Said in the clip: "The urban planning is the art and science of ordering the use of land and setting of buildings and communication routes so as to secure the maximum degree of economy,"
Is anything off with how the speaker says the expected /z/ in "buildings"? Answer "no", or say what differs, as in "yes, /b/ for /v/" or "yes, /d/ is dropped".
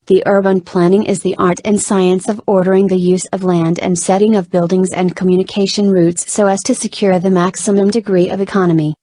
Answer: no